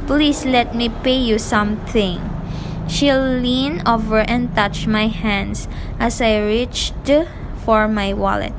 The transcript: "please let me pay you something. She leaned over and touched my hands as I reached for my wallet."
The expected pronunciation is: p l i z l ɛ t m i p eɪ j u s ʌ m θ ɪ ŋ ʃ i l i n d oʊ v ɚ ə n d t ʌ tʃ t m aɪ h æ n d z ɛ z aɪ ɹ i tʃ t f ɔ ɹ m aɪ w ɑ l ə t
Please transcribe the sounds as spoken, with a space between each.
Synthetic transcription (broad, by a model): p l i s l ɛ t m i p eɪ j u s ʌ m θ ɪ ŋ ʃ i l i n oʊ v ɚ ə n t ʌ tʃ m aɪ h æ n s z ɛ s aɪ ɹ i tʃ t f ɔ ɹ m aɪ w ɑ l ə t